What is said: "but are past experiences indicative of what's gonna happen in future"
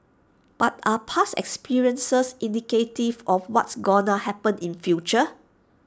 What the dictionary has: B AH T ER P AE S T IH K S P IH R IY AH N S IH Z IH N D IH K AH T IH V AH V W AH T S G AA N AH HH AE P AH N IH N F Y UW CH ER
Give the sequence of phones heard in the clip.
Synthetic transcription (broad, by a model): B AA T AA P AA S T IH K S P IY R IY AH N S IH S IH N D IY K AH T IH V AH F W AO T S G AA N AH HH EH P AH N IH N F Y UW CH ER